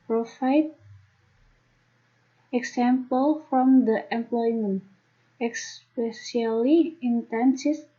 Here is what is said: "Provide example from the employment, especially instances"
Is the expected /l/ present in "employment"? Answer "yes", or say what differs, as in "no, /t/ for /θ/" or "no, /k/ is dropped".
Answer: yes